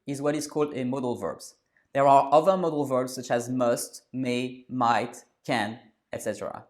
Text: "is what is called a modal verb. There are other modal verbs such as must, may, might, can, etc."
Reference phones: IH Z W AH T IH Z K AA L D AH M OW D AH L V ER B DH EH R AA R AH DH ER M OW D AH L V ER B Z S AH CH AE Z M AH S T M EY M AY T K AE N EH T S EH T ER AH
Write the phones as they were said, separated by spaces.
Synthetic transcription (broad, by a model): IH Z W AH T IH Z K AA L D AH M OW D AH L V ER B DH EH R AA R AH DH ER M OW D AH L V ER B Z S AH CH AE Z M AH S T M EY M AY T K AE N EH T S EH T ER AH